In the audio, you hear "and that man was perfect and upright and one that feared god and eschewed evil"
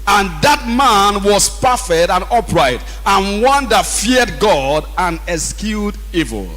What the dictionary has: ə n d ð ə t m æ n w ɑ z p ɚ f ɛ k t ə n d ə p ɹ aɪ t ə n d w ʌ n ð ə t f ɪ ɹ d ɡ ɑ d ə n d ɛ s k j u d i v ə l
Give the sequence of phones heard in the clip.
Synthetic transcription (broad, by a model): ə n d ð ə t m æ n w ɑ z p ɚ f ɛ k t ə n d ə p ɹ aɪ t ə n w ʌ n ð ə t f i d ɡ ɑ d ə n ɛ s k j u d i v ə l